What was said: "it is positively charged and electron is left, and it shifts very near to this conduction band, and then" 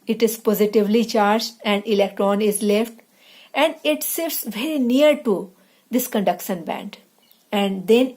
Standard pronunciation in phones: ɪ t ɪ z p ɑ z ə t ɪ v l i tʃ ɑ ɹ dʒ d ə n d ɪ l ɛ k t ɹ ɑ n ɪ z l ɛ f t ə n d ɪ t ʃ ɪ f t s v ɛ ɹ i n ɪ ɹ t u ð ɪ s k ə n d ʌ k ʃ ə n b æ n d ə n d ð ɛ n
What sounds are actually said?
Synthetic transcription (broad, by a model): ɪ t ɪ z p ɑ z ə t ɪ v l i tʃ ɑ ɹ dʒ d ə n d ɪ l ɛ k t ɹ ɑ n ɪ z l ɛ f t ə n d ɪ t s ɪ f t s v ɛ ɹ i n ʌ ɹ t u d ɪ s k ə n d ʌ k ʃ ə n b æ n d ə n d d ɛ n